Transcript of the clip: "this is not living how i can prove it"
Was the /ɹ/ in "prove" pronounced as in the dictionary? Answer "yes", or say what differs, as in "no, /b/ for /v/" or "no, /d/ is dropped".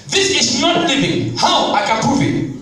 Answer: no, /ɹ/ is dropped